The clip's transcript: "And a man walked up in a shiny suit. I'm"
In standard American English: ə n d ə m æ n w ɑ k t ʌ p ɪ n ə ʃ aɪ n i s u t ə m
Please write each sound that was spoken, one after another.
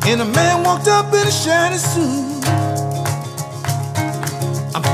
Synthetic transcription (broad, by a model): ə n ə m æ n w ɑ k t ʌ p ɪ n ə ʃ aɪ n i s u ə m